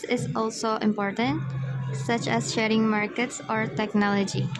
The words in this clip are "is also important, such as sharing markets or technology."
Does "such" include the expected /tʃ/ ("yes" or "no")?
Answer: yes